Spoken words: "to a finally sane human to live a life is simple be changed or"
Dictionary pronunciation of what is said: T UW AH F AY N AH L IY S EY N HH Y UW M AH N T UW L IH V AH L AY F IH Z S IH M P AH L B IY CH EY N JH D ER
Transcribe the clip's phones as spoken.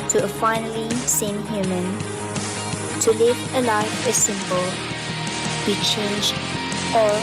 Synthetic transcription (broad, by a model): T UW AH F AY N AH L IY S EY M HH Y UW M AH N T UW L IH V AH L AY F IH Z S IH M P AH L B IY CH EY N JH ER